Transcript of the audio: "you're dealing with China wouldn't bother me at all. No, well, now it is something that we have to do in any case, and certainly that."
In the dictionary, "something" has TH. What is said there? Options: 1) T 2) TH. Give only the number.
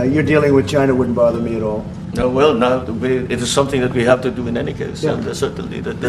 2